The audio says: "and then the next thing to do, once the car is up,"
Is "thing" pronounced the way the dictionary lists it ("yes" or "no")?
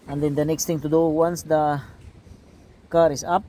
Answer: no